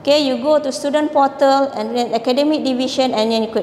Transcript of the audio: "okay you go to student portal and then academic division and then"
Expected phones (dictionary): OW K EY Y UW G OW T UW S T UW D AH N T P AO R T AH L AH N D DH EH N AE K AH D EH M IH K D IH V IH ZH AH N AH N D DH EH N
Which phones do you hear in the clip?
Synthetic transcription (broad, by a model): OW K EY Y UW G OW T UW S T UW D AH N P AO T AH L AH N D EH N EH K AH D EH M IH K D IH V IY SH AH N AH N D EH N